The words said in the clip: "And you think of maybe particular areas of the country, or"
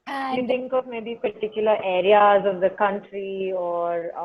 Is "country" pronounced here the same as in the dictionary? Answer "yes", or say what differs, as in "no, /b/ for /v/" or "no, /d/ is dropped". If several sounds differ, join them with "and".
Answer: yes